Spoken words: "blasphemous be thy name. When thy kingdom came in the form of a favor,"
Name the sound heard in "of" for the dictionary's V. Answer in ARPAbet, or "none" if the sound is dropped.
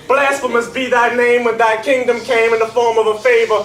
V